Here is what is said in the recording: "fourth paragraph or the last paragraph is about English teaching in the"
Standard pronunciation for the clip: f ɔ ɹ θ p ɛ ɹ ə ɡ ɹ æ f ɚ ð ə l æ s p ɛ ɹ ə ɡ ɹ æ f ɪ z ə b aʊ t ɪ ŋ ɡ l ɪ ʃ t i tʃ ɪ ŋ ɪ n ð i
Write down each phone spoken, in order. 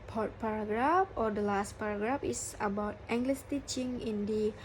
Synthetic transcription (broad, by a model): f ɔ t p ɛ ɹ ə ɡ ɹ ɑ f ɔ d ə l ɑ s p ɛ ɹ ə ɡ ɹ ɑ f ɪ s ə b aʊ t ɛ ŋ ɡ l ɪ s t i tʃ ɪ ŋ ɪ n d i